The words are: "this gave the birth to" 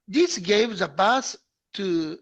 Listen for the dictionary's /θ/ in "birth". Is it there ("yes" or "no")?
no